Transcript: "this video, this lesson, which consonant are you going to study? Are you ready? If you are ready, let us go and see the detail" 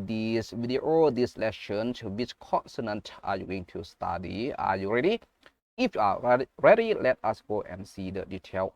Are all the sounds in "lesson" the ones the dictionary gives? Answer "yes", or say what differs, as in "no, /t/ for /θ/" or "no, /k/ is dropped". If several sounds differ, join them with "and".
no, /ʃ/ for /s/